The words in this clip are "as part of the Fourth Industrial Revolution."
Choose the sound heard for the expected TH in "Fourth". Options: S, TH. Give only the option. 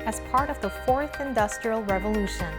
TH